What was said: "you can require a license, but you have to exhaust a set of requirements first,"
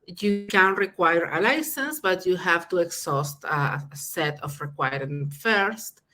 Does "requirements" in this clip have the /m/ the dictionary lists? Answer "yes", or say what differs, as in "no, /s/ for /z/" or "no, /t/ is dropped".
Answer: no, /m/ is dropped